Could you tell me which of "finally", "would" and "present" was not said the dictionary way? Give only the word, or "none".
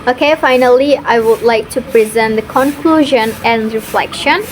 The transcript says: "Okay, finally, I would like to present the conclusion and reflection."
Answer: none